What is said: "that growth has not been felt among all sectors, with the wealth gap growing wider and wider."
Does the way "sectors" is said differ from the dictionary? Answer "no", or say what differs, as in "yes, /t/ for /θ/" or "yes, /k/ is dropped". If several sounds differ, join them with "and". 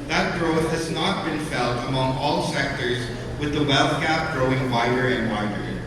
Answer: no